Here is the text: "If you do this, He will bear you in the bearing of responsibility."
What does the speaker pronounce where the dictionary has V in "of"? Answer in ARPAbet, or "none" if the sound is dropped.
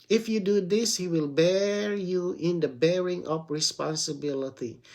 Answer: P